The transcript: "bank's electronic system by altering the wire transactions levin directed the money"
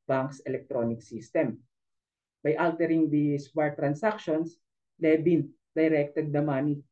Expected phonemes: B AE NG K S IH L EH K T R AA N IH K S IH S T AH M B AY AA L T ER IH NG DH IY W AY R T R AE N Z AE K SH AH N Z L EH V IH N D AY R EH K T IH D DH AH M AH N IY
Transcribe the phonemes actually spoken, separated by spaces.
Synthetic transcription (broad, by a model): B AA NG K S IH L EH K T R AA N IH K S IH S T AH M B AY AA L T ER IH NG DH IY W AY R T R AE N S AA K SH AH N S L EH B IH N D AY R EH K T IH D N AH M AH N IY